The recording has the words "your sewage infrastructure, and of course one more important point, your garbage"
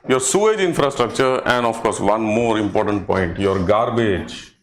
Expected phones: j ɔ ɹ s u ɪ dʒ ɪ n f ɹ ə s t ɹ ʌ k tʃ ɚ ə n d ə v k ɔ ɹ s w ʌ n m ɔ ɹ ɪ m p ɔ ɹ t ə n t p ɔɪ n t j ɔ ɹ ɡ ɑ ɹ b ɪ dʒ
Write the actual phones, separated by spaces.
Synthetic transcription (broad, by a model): j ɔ ɹ s u ɪ dʒ ɪ n f ɹ ə s t ɹ ʌ k tʃ ɚ ə n d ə f k ɔ ɹ s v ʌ n m ɔ ɹ ɪ m p ɔ ɹ t ə n t p ɔɪ n t j ɔ ɹ ɡ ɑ ɹ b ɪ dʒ